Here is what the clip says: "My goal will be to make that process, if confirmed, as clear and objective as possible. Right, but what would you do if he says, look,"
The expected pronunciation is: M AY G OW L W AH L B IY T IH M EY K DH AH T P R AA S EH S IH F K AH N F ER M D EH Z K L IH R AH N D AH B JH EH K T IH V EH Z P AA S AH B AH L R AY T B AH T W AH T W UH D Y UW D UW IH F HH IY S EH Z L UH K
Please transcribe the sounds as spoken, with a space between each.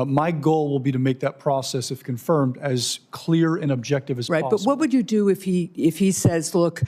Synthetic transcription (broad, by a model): M AY G OW L W AH L B IY T IH M EY K DH AH T P R AA S EH S IH F K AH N F ER M D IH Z K L IH R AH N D AH B JH EH K T IH V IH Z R AA AH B AH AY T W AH T W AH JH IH D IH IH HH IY IH F HH IY S EH Z L UH K